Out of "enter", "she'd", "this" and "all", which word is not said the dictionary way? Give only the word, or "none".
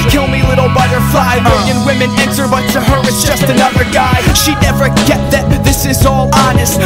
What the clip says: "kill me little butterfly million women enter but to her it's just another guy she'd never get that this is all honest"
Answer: enter